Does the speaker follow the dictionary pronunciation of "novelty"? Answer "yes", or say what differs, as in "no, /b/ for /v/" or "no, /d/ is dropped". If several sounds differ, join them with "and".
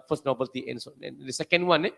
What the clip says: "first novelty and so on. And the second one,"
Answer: no, /b/ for /v/